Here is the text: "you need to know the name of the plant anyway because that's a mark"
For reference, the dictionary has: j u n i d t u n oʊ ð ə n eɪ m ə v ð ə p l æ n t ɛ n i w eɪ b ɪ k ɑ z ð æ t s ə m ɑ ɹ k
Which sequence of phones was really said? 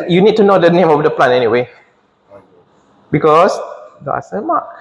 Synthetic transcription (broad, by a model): j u n i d t u n oʊ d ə n eɪ m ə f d ə p l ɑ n ɛ n i w eɪ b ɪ k ɑ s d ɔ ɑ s ə m ɑ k